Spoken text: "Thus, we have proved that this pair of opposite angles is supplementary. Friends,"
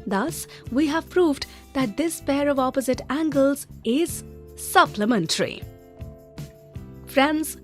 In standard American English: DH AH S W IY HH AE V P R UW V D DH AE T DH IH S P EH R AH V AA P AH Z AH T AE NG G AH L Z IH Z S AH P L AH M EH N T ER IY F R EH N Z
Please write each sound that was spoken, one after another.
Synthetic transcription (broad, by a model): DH AH S W IY HH AE V P R UW V D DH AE T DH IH S P EH R AH V AA P AH Z AH T AE NG G AH L Z IH Z S AH P L AH M EH N T ER IY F R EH N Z